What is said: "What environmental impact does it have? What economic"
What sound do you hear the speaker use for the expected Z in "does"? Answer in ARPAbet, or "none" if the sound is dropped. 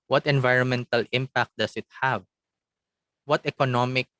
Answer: S